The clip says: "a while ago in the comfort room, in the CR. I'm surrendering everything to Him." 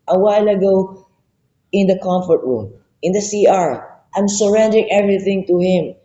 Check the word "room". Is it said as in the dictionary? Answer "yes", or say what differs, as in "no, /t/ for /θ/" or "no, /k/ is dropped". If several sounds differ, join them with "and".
yes